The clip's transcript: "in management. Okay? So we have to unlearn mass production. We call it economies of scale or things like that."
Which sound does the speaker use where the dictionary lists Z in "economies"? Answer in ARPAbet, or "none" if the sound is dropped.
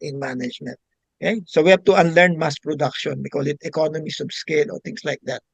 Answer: S